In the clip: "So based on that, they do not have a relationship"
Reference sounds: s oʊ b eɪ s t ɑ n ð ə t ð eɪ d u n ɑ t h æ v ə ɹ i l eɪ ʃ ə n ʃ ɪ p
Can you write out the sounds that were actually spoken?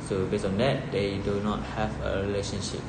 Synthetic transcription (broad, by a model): s oʊ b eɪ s ɑ n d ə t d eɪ d u n ɑ t h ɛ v ə ɹ i l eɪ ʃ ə n ʃ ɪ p